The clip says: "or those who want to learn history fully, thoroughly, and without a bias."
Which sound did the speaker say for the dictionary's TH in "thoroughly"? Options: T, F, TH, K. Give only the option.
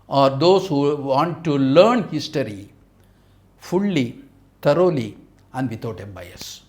T